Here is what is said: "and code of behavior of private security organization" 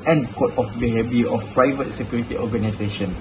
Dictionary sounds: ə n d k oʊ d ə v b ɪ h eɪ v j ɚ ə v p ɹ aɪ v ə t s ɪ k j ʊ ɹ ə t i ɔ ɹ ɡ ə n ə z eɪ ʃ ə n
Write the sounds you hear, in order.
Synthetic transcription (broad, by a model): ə n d k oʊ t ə f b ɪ h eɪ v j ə f p ɹ aɪ v ə t s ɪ k j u ɹ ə t i ɔ ɡ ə n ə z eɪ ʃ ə n